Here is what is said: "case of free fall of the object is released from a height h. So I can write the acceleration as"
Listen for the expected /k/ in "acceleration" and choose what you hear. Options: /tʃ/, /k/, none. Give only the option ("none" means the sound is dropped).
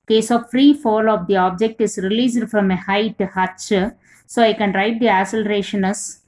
none